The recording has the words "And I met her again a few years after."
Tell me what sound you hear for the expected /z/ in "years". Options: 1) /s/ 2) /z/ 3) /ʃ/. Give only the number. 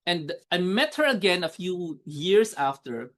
1